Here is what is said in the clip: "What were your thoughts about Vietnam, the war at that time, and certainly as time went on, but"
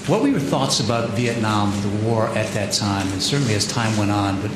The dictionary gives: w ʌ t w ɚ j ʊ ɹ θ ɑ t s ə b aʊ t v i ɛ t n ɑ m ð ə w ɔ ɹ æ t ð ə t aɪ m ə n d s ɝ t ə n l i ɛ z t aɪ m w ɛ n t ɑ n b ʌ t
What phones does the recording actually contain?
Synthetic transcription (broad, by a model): w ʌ t w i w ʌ ɹ θ ɑ t s ə b aʊ t v i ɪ t n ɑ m ð ə w ɔ ɹ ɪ t ð ə t aɪ m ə n s ɝ t n l i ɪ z t aɪ m w ɛ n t n b ʌ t